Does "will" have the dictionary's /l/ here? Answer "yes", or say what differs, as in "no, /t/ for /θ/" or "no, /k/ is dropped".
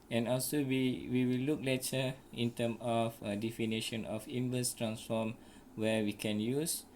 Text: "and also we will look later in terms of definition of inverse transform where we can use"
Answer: no, /w/ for /l/